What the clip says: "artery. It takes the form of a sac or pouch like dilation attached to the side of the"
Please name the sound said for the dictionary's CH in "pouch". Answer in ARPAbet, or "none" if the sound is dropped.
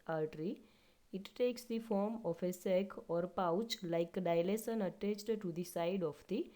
CH